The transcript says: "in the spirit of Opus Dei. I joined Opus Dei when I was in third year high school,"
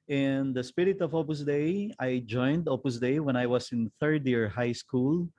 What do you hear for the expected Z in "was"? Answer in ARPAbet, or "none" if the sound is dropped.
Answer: S